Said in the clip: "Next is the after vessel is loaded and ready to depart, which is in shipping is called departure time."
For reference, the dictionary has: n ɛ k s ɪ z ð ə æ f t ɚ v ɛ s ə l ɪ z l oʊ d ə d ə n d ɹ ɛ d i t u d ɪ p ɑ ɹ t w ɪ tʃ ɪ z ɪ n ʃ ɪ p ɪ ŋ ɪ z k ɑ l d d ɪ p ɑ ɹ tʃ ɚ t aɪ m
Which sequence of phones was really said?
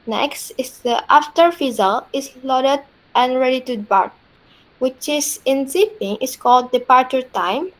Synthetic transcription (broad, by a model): n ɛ k s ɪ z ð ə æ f t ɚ f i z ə l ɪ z l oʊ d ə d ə n ɹ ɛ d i t u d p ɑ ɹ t w ɪ tʃ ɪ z ɪ n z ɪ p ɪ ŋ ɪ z k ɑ l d d ɪ p ɑ ɹ tʃ ɚ t aɪ m